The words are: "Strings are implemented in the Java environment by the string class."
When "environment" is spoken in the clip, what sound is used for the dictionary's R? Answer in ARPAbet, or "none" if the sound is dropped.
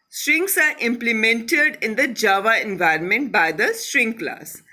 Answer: R